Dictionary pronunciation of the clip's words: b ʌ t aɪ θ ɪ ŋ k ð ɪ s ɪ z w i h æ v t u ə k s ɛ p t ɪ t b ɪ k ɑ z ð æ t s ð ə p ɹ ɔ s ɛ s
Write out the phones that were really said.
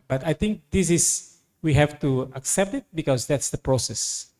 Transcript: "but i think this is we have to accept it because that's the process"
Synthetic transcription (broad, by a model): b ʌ t aɪ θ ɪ ŋ k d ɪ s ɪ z w i h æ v t u ə k s ɛ p t ɪ t b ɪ k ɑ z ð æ t s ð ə p ɹ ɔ s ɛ s